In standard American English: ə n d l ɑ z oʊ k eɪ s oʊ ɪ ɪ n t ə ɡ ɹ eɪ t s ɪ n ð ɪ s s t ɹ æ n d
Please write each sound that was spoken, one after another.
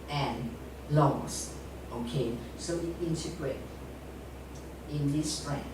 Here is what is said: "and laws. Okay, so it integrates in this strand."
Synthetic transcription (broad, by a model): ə n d l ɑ s oʊ k eɪ s oʊ ɪ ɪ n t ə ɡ ɹ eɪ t ɪ n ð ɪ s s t ɹ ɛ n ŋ